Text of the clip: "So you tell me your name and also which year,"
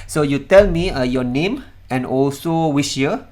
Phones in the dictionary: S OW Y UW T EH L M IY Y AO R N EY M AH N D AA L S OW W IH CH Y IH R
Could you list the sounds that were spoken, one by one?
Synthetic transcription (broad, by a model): S OW Y UW T EH L M IY Y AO N EY M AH N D AA L S OW W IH SH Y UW